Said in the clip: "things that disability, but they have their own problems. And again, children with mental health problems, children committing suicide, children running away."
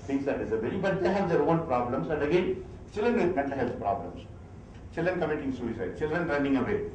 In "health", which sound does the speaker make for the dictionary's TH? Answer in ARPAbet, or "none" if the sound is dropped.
S